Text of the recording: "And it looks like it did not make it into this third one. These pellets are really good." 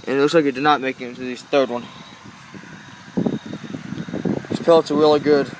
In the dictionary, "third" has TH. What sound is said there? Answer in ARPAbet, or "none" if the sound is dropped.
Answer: TH